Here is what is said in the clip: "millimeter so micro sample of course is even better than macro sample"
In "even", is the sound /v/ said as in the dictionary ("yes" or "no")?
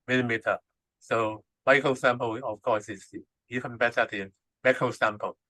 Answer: no